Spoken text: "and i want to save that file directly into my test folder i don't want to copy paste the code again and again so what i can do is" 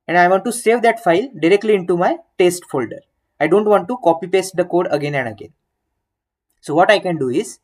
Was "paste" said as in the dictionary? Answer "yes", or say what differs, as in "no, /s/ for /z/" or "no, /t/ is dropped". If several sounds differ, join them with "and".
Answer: yes